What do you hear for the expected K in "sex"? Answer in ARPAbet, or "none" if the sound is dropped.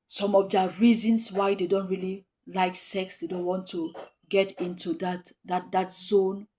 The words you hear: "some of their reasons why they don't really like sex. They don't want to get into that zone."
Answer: K